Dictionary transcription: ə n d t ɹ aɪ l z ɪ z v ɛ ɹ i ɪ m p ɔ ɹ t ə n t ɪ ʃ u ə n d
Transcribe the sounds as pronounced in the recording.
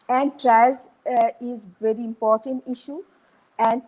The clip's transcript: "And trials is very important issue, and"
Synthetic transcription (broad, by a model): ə n d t ɹ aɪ z ɪ z v ɛ ɹ i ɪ m p ɔ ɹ t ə n t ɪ ʃ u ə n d